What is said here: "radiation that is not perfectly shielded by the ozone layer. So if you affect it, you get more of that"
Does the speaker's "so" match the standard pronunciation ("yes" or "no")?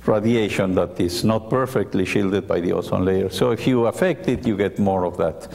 yes